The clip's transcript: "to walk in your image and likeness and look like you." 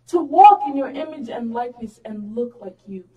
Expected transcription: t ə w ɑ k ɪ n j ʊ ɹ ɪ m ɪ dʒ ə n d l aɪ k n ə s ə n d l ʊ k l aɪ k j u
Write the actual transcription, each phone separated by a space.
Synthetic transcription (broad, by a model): t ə w ɑ k ɪ n j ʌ ɹ ɪ m ɪ dʒ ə n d l aɪ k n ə s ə n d l ʊ k l aɪ k j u